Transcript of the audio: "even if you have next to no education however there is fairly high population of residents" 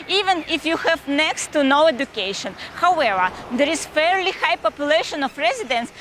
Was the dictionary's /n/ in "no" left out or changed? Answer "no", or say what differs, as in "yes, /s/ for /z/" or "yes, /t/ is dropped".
no